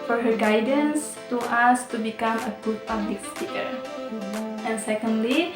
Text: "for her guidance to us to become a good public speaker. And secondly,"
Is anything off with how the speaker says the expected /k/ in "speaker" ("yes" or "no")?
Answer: yes